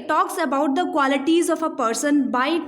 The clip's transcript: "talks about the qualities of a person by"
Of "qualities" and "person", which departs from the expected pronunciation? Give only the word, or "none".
none